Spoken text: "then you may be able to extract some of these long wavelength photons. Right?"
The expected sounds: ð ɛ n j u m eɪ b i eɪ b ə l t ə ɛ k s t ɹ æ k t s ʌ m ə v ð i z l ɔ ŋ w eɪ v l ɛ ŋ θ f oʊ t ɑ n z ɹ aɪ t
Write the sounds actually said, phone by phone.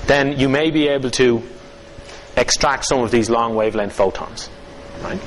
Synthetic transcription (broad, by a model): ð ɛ n j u m eɪ b i eɪ b ə l t ə ɛ k s t ɹ æ k t s ʌ m ə v ð i z l ɔ ŋ w eɪ v l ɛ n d f oʊ t ɑ n z ɹ aɪ t